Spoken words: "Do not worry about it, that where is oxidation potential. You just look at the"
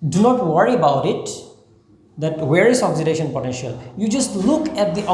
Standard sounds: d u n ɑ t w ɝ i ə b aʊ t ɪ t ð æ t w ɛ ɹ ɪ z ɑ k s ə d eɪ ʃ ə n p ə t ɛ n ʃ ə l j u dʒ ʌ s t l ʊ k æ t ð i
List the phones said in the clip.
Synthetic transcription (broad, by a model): d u n ɑ t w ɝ i ə b aʊ t ɪ t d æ t w ɛ ɹ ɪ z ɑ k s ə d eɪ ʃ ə n p ə t ɛ n ʃ ə l j u dʒ ʌ s t l ʊ k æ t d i